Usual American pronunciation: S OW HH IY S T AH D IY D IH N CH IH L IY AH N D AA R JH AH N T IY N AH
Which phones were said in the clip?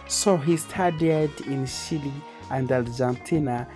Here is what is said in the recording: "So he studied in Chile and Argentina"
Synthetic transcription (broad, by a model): S OW HH IY S T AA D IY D IH N SH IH L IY AH N D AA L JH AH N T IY N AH